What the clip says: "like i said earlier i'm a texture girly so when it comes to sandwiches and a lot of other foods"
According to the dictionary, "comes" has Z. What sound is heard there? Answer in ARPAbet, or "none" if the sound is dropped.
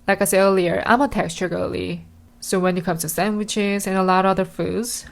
none